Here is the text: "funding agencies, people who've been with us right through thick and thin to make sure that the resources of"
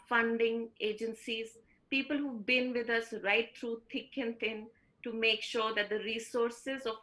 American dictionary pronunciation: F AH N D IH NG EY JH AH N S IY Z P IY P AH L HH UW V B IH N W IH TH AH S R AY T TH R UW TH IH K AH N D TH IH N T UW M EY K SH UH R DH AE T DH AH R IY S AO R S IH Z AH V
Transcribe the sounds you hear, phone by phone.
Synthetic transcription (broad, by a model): F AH N D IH NG EY JH AH N S IY Z P IY P AH L HH UW B IH N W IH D AH S R AY T T R UW T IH K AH N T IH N T UW M EY K SH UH R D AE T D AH R IY S AO R S IH Z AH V